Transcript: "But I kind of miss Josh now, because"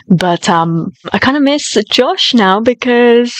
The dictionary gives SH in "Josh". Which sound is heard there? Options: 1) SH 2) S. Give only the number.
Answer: 1